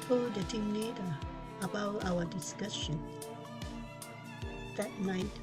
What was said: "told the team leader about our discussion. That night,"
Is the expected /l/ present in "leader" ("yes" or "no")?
no